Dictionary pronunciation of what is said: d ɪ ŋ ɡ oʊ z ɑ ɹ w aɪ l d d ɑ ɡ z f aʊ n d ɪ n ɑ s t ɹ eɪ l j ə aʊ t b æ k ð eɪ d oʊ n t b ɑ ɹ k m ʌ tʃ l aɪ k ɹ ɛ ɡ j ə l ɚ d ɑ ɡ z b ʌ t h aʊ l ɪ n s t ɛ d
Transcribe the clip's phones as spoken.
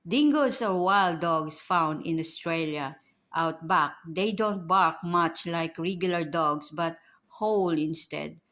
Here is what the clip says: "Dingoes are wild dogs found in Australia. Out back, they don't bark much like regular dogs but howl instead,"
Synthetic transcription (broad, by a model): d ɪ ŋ ɡ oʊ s ɑ ɹ w aɪ l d d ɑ ɡ s f aʊ n d ɪ n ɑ s t ɹ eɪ l j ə aʊ t b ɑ k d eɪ d oʊ n t b ɑ ɹ k m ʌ tʃ l aɪ k ɹ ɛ ɡ j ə l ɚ d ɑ ɡ s b ʌ t h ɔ l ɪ n s t ɛ d